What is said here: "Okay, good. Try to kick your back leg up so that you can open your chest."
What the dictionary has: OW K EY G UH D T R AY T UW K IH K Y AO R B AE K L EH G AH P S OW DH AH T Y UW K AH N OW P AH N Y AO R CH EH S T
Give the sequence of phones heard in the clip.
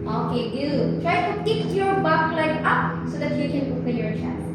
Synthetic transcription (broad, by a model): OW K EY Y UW T R AY T UW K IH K Y AO R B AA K L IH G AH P S OW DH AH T Y UW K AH N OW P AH L Y AO R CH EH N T